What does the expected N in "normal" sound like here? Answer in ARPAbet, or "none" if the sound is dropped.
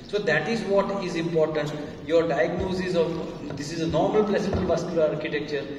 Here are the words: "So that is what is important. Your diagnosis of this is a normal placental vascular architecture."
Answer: N